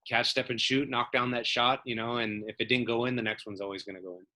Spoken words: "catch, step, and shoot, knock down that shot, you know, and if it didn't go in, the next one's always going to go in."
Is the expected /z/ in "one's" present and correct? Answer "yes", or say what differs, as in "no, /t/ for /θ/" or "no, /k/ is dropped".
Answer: yes